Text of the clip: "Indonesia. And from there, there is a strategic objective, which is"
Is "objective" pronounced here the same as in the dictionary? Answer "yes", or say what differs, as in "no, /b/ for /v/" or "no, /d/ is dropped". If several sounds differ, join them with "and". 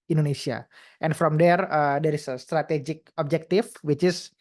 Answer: no, /f/ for /v/